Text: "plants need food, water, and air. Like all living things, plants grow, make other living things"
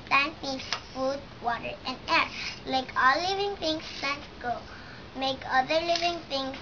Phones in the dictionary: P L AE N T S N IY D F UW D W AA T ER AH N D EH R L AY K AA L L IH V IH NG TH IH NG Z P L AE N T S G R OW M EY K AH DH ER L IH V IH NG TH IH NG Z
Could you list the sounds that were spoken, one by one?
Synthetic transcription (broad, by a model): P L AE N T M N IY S F UW D W AA T ER AH N D EH R L AY K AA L L IH V IH NG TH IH NG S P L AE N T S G OW M EY K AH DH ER L IH V IH NG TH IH NG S